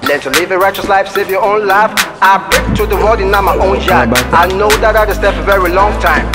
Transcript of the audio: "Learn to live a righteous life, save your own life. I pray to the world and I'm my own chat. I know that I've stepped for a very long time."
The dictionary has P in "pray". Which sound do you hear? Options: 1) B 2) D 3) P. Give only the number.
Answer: 1